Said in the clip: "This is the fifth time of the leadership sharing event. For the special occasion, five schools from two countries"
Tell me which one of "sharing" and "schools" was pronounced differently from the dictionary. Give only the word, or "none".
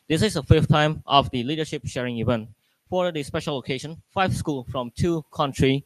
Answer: schools